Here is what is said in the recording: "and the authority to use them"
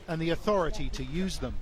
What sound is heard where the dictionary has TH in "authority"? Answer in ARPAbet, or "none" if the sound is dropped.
TH